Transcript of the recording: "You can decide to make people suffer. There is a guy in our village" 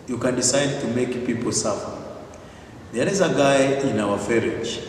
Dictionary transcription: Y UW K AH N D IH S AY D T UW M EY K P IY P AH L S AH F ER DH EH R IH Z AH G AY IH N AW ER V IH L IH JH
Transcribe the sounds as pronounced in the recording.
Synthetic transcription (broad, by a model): Y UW K AH N D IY S AY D T UW M EY K P IY P AH L S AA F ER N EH L IH Z AH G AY IH N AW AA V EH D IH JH